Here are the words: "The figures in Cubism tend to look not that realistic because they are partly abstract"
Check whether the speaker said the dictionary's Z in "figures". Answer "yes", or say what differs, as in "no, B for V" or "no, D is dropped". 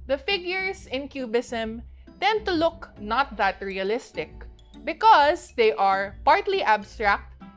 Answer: no, S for Z